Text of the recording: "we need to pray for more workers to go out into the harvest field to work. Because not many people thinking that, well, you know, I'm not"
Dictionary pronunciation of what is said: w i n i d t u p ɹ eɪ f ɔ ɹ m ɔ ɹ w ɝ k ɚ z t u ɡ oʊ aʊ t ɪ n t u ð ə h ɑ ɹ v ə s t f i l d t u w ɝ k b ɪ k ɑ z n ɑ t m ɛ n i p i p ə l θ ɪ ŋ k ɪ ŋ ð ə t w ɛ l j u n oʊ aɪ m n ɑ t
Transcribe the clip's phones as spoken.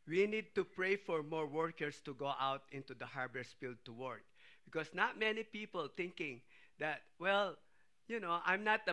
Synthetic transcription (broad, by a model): w i n i d t u p ɹ eɪ f ɔ ɹ m ɔ ɹ w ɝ k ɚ s t u ɡ oʊ aʊ t ɪ n t u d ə h ɑ ɹ b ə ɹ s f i l d t u w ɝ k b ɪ k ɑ s n ɑ t m ɛ n i p i p ə l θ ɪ ŋ k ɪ ŋ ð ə t w ɛ l j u n oʊ aɪ m n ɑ t